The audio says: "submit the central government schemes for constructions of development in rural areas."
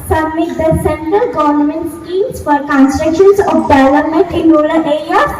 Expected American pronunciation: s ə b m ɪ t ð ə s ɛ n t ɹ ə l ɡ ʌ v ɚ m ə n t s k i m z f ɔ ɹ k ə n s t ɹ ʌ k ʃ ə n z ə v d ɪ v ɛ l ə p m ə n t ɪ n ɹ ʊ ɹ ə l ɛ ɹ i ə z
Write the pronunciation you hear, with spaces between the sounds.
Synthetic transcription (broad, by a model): s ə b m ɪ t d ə s ɛ n t ɹ ə l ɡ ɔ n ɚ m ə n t s k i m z f ɔ ɹ k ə n s t ɹ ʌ k ʃ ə n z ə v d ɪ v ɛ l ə m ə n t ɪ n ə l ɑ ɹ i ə